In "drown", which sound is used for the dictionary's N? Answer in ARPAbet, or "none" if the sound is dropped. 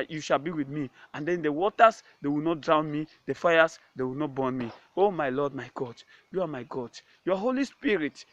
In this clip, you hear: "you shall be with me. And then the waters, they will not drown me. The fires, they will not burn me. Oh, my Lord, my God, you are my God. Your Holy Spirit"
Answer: N